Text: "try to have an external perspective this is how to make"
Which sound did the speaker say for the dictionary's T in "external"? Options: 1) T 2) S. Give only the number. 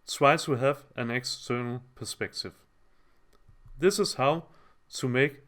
1